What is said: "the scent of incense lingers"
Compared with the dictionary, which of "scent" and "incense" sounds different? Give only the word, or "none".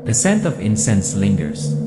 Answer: none